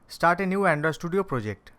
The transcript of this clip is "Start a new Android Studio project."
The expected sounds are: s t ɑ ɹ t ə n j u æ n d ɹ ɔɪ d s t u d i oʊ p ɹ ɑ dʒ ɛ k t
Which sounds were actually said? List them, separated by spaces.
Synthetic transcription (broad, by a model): s t ɑ ɹ t ə n j u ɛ n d ʌ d s t u d i oʊ p ɹ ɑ dʒ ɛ k t